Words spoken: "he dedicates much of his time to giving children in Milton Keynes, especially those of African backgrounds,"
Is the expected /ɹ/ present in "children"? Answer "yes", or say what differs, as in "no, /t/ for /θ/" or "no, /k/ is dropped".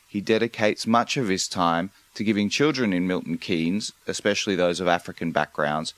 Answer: yes